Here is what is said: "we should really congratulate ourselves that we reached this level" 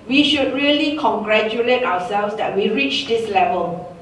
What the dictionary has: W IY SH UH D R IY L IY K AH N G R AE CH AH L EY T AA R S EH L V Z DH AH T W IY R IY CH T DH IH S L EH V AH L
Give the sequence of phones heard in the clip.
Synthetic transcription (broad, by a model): W IY SH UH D R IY L IY K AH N G R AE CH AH L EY T AA W S EH L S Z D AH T W IY R IY CH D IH S L EH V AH L